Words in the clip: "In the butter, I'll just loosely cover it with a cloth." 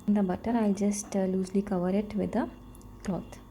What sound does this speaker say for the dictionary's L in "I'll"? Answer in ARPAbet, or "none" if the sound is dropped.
L